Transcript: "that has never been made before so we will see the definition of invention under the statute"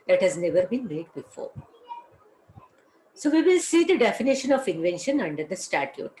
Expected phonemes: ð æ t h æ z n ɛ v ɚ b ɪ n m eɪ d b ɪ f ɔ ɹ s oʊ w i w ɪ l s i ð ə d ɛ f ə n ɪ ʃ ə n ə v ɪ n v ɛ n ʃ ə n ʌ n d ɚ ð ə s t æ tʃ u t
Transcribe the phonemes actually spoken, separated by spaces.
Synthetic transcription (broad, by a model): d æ t h æ z n ɛ v ɚ b ɪ n m eɪ d b ɪ f ɔ ɹ s oʊ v i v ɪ l s i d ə d ɛ f ə n ɪ ʃ ə n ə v ɪ n v ɛ n ʃ ə n ʌ n d ɚ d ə s t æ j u t